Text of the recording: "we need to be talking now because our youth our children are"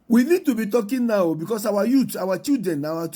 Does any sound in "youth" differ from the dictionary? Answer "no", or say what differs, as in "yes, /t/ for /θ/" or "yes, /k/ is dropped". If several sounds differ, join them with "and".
yes, /t/ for /θ/